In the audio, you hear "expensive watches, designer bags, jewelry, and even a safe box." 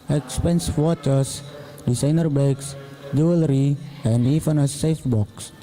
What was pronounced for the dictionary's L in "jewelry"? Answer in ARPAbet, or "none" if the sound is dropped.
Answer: L